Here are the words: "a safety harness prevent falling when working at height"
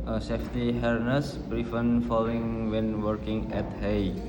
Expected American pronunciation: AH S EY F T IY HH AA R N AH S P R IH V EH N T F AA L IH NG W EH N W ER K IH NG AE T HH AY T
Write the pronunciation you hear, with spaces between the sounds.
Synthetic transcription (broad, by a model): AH S EY F T IY HH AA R N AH S B R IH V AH N F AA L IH NG W EH N W ER K IH NG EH T HH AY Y